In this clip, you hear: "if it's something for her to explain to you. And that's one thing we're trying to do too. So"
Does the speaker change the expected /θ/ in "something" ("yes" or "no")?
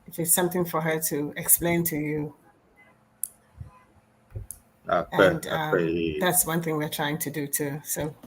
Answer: no